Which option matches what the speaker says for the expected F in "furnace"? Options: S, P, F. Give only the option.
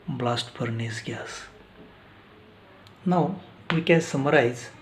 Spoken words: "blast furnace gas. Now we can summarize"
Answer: P